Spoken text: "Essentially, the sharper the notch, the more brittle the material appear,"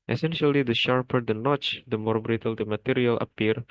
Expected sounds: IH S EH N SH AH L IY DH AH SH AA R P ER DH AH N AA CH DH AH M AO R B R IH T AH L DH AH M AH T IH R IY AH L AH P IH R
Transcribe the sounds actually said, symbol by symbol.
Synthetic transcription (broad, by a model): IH S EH N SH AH L IY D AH SH AA R P ER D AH N AA CH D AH M AO R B R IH T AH L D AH M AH T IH R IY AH L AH P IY R